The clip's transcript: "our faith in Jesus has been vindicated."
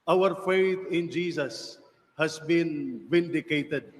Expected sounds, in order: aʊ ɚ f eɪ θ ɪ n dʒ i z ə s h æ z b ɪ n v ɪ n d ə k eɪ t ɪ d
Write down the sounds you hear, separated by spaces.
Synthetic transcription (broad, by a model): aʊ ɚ f eɪ t ɪ n dʒ i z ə s h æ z b ɪ n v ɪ n d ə k eɪ t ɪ d